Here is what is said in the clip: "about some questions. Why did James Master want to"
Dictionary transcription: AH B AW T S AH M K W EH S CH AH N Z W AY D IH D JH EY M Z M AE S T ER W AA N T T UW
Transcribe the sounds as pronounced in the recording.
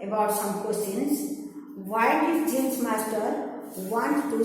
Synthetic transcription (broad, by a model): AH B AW T S AH M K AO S AH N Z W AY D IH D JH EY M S M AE S T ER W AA N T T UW